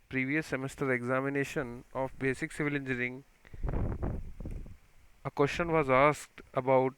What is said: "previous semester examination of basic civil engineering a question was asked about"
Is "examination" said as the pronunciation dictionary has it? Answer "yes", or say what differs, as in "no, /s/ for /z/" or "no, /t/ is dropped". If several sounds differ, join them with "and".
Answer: yes